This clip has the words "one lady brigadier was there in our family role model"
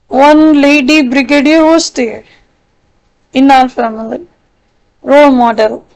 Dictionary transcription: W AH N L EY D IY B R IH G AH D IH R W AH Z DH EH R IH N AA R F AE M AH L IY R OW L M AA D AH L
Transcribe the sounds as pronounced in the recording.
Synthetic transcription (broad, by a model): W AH N L EY D IY B R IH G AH D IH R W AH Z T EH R IH N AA L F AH M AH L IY R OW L M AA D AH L